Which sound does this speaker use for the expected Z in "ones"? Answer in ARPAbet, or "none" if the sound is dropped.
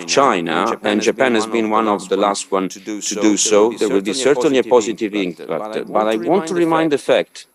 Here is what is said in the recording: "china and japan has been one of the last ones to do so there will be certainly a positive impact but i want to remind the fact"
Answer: none